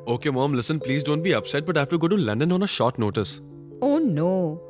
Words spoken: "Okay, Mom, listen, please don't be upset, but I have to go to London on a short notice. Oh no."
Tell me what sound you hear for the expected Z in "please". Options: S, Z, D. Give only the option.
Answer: Z